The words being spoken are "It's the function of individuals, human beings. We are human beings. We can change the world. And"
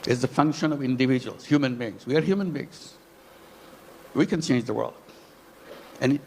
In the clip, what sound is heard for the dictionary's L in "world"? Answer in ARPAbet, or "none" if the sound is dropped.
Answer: L